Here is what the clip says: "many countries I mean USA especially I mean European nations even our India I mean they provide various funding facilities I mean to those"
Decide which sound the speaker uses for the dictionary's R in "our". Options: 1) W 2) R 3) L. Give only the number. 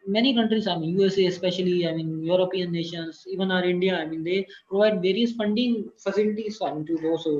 2